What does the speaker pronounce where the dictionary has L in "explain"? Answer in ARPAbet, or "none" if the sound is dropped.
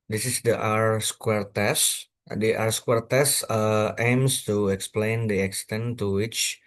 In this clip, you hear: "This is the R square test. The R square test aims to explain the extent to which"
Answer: L